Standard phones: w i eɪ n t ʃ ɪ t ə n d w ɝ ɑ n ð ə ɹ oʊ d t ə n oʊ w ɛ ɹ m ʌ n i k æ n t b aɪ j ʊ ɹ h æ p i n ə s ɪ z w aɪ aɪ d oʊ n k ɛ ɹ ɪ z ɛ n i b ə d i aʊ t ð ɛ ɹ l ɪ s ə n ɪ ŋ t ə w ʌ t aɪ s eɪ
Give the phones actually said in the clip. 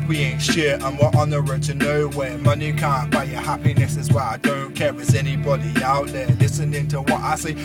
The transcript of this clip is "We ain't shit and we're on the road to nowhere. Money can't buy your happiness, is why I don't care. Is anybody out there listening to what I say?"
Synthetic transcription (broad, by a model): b i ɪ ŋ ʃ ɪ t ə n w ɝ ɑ n ð ə ɹ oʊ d t ə n oʊ w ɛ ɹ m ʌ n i k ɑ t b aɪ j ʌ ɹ h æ p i n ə s ɪ z w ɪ aɪ d oʊ n k ɛ w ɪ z ɛ n i b ə d i aʊ t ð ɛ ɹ l ɪ s ə n ɪ ŋ t ə w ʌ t aɪ s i